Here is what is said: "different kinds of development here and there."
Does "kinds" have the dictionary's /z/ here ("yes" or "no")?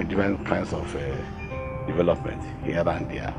no